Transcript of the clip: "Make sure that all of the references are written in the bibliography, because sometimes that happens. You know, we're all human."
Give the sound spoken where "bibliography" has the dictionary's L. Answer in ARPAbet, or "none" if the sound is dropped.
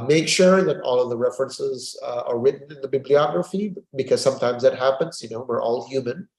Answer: L